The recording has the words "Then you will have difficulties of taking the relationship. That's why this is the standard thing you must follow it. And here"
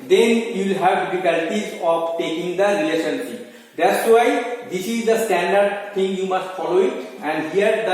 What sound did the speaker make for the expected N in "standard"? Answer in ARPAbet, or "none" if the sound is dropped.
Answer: N